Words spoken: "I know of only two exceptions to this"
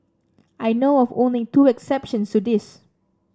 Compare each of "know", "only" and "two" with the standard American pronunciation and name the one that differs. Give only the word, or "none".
only